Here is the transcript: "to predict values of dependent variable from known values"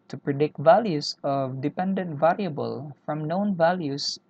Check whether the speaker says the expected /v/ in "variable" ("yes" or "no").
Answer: yes